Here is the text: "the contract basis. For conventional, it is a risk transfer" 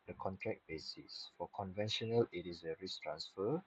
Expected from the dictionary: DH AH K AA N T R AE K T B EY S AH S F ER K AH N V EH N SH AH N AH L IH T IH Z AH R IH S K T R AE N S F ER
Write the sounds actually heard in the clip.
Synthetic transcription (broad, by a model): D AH K AA N T R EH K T B EY S AH S F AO K AH N V EH N SH AH N AH L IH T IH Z AH R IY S T R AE N S F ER